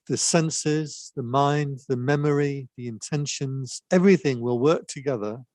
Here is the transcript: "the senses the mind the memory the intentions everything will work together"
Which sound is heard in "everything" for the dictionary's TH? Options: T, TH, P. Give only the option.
TH